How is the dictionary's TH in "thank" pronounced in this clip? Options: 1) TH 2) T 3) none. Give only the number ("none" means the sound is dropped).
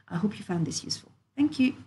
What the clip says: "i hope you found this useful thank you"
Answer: 1